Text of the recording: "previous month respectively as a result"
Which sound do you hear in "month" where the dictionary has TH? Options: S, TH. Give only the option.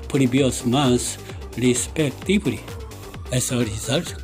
S